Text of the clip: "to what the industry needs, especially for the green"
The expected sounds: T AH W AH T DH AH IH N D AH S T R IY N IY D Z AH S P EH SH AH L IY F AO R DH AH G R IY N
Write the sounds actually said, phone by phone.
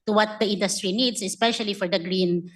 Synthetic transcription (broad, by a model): T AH W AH T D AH IH N D AH S T R IY N IY D S AH S P EH SH AH L IY F AO R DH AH G R IY N